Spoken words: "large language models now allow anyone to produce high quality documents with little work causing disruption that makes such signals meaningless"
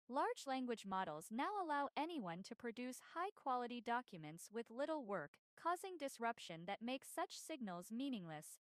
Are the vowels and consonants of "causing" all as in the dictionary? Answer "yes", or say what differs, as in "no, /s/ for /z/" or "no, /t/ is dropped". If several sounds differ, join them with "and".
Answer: yes